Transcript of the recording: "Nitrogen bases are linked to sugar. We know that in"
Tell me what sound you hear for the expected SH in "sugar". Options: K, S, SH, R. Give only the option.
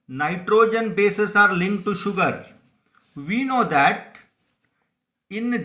SH